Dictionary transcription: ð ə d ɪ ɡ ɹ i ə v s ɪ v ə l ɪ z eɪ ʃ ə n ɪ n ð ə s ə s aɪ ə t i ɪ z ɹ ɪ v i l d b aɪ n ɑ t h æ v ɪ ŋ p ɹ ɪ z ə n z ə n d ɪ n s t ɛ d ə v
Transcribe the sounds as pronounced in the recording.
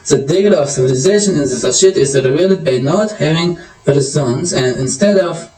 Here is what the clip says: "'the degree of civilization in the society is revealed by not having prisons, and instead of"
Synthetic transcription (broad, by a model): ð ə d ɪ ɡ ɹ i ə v s ɪ v ə l ɪ z eɪ ʃ ə n ɪ n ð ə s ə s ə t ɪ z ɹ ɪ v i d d b aɪ n ɑ t h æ v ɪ ŋ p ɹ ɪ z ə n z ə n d ɪ n s t ɛ d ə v